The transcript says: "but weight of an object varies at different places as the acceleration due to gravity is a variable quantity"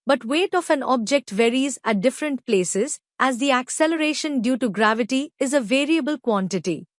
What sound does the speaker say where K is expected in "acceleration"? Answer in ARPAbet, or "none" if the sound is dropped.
K